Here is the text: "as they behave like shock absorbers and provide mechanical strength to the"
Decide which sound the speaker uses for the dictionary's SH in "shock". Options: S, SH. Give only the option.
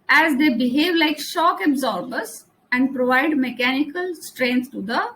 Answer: SH